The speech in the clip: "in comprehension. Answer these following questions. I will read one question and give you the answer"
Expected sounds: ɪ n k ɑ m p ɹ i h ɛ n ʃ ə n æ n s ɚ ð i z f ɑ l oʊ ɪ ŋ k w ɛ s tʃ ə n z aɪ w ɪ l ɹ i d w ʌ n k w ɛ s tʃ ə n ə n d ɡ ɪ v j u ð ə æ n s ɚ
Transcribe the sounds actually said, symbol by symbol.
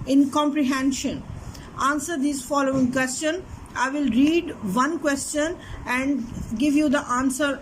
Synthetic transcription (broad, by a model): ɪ n k ɑ m p ɹ i h ɛ n ʃ ə n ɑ n s ɚ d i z f ɑ l oʊ ɪ ŋ k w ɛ s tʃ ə n aɪ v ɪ l ɹ i d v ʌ n k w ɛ s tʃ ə n ə n d ɡ ɪ v j u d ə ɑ n s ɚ